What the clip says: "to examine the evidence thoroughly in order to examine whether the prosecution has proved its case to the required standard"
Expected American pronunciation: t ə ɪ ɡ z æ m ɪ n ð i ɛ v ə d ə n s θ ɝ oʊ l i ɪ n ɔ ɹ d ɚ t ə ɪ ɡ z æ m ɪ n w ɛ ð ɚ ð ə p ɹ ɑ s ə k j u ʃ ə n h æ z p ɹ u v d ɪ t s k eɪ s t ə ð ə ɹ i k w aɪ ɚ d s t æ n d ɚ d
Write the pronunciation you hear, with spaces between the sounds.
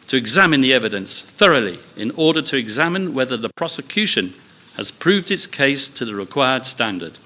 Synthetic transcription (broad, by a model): t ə ɪ ɡ z æ m ɪ n ð i ɛ v ə d ə n s θ ɝ oʊ l i ɪ n ɔ ɹ d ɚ t ə ɪ ɡ z æ m ɪ n w ɛ ð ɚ ð ə p ɹ ɑ s ə k j u ʃ ə n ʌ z p ɹ u v d ɪ t s k eɪ s t ə ð ə ɹ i k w aɪ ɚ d s t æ n d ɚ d